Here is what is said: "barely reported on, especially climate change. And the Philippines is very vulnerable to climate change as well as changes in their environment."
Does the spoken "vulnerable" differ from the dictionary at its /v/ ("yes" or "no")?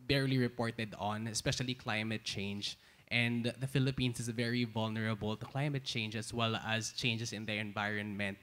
no